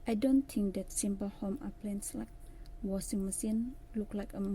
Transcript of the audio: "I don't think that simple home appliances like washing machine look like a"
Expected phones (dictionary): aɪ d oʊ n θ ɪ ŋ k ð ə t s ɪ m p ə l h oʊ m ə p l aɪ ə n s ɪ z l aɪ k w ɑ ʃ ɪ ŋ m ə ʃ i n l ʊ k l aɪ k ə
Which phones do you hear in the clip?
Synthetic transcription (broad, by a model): aɪ d oʊ n t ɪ ŋ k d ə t s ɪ m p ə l h oʊ m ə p l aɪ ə n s l aɪ k w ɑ s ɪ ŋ m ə s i n l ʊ k l aɪ k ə